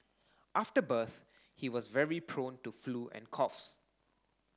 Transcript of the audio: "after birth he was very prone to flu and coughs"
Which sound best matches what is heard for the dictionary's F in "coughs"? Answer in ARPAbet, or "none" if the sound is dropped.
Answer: F